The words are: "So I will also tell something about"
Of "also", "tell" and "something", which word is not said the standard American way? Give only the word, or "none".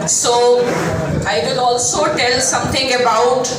something